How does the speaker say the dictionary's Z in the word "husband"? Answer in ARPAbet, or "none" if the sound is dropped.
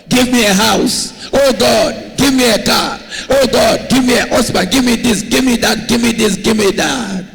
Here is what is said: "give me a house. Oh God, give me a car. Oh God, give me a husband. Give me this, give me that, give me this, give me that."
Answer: S